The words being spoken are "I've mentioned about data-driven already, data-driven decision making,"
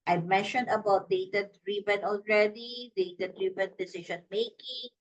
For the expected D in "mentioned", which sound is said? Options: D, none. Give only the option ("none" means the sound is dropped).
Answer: D